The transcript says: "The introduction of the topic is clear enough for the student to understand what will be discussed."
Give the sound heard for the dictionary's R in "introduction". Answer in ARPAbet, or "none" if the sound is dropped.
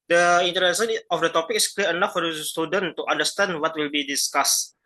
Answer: none